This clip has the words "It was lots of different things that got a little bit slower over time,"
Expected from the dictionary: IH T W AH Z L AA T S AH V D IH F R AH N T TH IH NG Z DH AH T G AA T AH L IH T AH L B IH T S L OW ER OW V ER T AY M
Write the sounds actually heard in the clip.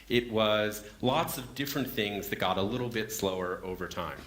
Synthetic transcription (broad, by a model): IH T W AH Z L AA T S AH V D IH F R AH N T TH IH NG Z DH AH T G AA T AH L IH T L B IH T S L OW ER OW V ER T AY M